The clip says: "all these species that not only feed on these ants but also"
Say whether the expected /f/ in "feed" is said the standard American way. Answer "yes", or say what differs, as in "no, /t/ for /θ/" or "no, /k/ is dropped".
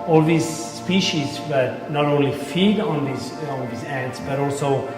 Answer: yes